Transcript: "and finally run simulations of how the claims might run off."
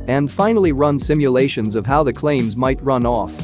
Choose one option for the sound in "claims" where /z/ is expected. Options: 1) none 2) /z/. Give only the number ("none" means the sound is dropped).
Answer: 2